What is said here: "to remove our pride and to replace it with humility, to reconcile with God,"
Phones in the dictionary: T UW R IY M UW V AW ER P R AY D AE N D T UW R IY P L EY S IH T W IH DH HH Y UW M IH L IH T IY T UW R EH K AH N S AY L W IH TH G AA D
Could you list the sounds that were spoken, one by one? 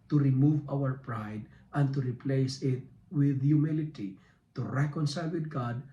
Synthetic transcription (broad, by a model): T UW R IY M UW V AW ER P R AY D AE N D T UW R IY P L EY S IH T W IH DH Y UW M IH L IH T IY T UW R EH K AH N S AY L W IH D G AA D